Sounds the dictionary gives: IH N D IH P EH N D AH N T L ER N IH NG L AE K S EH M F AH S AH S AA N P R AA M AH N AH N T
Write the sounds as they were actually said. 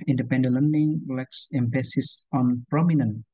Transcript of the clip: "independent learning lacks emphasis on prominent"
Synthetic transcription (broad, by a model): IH N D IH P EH N D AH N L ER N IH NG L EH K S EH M P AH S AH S AA N P R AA M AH N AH N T